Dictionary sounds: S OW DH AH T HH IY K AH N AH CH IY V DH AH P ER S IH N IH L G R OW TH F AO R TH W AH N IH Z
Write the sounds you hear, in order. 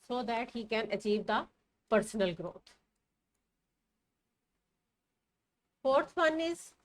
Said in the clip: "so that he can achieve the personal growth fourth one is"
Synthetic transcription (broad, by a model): S OW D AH T HH IY K AH N AH CH IY V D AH P ER S IH N IH L G R OW T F AO R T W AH N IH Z